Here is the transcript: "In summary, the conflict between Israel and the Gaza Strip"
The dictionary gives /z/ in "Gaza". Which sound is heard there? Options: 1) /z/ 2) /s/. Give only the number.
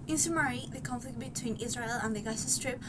2